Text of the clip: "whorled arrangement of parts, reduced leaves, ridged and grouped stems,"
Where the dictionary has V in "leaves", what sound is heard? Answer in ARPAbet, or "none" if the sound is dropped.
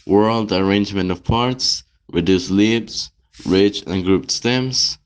B